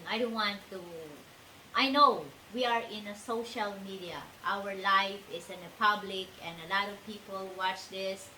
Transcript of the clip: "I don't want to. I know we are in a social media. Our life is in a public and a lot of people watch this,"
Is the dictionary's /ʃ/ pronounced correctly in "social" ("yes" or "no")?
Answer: yes